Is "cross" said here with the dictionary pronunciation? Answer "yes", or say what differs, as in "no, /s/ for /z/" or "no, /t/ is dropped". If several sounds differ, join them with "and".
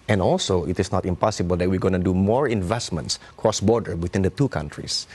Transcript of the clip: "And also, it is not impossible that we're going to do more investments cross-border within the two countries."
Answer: yes